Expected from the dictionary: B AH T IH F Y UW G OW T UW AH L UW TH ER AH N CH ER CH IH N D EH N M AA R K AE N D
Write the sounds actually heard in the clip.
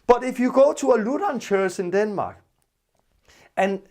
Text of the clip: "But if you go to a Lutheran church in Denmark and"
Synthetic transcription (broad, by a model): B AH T IH F Y UW G OW S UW AH L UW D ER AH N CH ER S IH N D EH N M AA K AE N